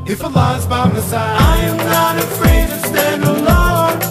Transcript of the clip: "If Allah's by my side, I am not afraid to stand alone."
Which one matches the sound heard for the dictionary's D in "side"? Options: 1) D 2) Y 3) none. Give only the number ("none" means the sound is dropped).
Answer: 3